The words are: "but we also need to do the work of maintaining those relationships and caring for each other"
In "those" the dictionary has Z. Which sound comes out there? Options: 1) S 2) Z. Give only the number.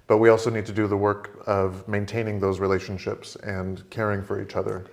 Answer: 2